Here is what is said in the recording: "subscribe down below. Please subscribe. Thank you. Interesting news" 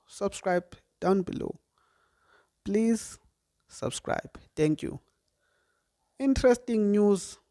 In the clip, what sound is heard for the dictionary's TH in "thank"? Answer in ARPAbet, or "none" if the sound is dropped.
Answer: T